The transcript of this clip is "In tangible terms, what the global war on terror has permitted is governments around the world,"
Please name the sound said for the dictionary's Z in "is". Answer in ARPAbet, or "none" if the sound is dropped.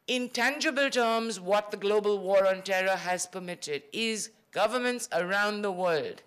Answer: Z